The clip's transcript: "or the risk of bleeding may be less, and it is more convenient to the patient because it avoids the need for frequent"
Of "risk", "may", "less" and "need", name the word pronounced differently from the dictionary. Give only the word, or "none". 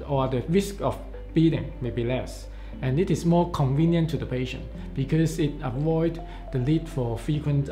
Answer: need